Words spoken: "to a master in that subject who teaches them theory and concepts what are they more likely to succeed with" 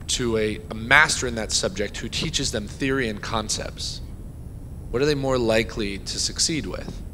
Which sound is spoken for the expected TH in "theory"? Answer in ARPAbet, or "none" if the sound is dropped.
TH